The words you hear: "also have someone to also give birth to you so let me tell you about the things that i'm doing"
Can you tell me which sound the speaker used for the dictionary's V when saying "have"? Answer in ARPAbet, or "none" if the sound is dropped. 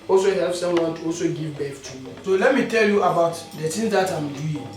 P